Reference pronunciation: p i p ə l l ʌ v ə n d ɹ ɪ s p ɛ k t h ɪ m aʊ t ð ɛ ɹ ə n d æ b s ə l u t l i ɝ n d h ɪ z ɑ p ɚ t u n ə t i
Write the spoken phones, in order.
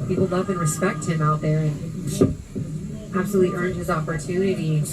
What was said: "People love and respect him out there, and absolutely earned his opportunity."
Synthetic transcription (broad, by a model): p i p l l ʌ v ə n ɹ ɪ s p ɛ k t h ɪ m aʊ t ð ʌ ɹ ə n æ b s ə l u t l i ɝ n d h ɪ z ɑ p ɚ t u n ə t i